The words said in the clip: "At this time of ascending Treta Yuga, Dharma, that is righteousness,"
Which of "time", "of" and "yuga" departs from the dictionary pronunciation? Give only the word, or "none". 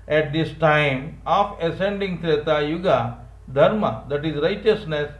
of